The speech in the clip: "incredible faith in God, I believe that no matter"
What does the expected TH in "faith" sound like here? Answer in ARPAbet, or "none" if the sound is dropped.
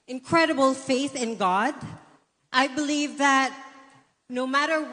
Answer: TH